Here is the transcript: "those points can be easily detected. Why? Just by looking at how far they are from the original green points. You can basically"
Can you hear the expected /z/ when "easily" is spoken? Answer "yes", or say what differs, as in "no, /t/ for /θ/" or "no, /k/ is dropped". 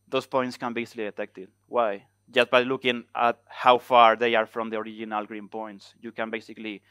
no, /s/ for /z/